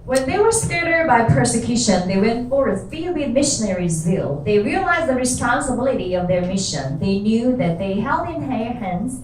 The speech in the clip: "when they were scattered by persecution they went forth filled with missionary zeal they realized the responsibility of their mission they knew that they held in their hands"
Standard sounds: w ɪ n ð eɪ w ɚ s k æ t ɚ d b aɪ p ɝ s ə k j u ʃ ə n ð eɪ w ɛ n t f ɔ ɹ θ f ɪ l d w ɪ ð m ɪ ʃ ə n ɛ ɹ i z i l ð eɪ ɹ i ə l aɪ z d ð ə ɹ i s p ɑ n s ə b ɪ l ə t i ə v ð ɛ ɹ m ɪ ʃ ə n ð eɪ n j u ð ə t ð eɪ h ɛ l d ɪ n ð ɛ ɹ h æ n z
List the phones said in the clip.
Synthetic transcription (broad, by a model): w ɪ n ð eɪ w ɚ s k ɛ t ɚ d b aɪ p ɝ s ə k j u ʃ ə n ð eɪ w ɛ n t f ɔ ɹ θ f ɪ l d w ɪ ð m ɪ ʃ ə n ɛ ɹ i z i l ð eɪ ɹ i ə l aɪ z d ð ə ɹ i s p ɑ n s ə b ɪ l ə t i ə v ð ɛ ɹ m ɪ ʃ ə n ð eɪ n j u ð ə t ð eɪ h ɛ l d ɪ n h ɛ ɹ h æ n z